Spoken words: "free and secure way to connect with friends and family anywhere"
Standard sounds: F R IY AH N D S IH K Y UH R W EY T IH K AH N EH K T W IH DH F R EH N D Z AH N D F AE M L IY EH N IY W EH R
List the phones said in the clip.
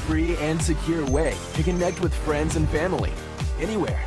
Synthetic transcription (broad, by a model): F R IY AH N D S IH K Y UH R W EY T IH K AH N EH K T W IH DH F R EH N D Z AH N F AE M L IY EH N IY W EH R